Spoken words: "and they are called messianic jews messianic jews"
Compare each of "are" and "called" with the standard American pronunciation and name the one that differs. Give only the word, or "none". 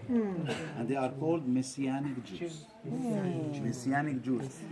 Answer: none